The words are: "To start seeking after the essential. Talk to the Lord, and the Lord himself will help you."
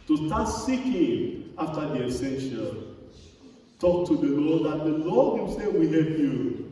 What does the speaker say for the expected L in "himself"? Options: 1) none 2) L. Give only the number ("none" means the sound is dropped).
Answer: 1